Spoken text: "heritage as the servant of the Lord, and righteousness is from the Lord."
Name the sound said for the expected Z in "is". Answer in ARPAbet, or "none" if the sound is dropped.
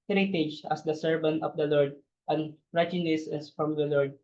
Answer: S